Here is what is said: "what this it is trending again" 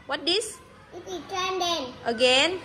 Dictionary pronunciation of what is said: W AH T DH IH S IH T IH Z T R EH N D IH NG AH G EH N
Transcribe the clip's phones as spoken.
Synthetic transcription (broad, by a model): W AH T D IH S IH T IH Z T EH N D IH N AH G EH N